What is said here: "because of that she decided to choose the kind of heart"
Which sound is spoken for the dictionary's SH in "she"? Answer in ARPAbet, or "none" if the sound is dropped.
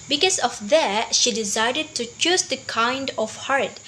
SH